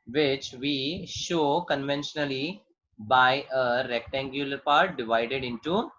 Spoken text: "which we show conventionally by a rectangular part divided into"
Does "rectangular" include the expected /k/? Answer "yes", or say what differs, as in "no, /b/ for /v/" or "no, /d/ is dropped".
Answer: yes